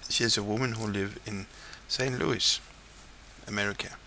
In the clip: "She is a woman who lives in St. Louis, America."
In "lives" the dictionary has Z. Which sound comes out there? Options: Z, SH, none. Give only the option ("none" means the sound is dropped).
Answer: none